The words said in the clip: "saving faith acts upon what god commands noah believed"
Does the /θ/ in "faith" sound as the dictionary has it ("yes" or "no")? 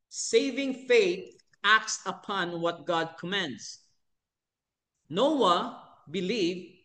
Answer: no